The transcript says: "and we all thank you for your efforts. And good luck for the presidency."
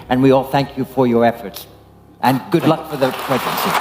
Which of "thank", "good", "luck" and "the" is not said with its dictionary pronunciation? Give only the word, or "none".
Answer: none